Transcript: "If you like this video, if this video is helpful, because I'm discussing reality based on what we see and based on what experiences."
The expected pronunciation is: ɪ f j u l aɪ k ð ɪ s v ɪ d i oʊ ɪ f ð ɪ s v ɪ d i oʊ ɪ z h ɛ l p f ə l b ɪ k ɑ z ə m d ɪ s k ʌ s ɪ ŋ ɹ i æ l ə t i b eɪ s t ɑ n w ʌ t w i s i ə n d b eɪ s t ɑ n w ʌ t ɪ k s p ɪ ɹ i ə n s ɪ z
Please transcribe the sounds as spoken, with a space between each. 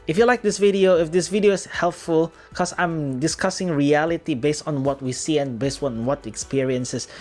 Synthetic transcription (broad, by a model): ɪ f j u l aɪ k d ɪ s v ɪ d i oʊ ɪ f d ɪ s v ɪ d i oʊ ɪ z h ɛ l p f ə l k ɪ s ɑ ə m d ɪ s k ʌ s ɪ ŋ ɹ i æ l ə t i b eɪ s t ɑ n w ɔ t w i s i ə n b eɪ s t ɑ n w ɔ t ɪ k s p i ɹ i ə n s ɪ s